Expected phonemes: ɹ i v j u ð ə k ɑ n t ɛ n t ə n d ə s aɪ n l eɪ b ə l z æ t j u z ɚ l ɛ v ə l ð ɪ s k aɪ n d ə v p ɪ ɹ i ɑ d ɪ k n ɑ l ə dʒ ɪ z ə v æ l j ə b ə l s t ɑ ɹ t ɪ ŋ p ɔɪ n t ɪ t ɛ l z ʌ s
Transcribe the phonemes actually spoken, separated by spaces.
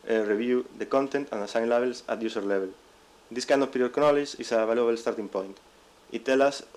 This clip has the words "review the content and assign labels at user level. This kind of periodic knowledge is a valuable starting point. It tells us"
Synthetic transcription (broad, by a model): ɹ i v j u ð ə k ɑ n t ɛ n t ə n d ə s aɪ n l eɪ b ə l s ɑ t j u s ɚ l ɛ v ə l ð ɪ s k aɪ n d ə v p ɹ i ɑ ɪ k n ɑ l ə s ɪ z ə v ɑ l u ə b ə l s t ɑ ɹ t ɪ ŋ p ɔɪ n t ɪ t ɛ l ʌ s